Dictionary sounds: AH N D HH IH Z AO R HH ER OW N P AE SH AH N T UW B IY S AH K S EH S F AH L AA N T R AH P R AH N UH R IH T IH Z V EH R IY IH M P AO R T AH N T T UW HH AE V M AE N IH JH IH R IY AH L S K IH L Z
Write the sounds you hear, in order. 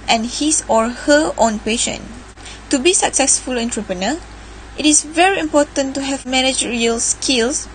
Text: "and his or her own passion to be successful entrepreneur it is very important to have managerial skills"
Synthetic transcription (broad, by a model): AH N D HH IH S AO R HH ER OW N P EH SH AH N T UW B IY S AH K S EH S F AH L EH N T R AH P R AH N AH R IH T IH S V EH R IY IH M P AO T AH N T T UW HH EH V M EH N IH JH R IY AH L S K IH L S